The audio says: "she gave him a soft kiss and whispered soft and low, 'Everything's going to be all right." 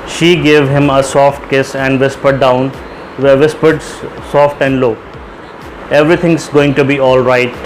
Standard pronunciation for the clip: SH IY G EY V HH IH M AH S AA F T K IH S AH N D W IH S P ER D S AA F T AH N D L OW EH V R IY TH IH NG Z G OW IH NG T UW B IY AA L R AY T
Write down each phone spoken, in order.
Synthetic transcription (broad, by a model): SH IY G EY V HH IH M AH S AA F T K IH S AH N D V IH S P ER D S AA F T AH N D L OW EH V R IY T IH NG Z G OW IH NG T UW B IY AA L R AY T